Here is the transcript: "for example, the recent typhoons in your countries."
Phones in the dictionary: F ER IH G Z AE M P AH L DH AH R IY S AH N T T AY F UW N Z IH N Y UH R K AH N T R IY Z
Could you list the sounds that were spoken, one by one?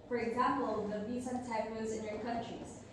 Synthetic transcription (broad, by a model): F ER IH G Z AE M P AH L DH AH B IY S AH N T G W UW Z IH N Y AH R K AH N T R IY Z